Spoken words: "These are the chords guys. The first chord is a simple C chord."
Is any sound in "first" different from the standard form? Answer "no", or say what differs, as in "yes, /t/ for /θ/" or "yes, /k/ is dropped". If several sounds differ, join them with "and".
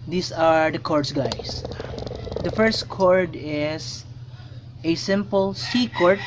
no